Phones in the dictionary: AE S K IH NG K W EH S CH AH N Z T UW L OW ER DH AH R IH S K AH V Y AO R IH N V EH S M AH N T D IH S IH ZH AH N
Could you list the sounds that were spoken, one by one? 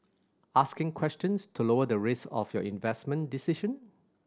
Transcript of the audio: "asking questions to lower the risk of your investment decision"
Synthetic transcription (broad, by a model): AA S K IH NG K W EH S CH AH N S T UW L OW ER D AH R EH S AH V Y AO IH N V EH S M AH N D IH S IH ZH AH N